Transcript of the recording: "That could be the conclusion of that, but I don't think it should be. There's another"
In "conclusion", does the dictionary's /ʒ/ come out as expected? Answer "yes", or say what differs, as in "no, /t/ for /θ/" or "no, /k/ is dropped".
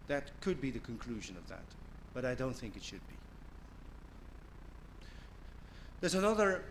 yes